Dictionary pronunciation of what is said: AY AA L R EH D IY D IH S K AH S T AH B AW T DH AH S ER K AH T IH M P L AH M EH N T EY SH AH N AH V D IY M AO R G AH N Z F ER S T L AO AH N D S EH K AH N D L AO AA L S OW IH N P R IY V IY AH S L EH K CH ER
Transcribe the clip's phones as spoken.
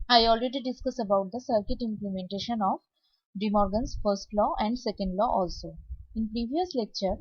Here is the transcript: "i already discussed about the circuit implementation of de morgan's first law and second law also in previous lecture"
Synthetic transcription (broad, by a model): AY AA L R EH D IY D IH S K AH S AH B AW T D AH S ER K AH T IH M P L AH M EH N T EY SH AH N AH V D IY M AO R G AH N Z F ER S T L AO AH N D S EH K AH N D L AO AA L S OW IH N P R IY V IY AH S L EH K CH ER